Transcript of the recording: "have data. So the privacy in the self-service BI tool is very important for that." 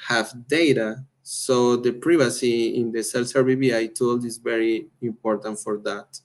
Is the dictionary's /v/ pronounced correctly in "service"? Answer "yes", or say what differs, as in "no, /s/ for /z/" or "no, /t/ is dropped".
no, /b/ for /v/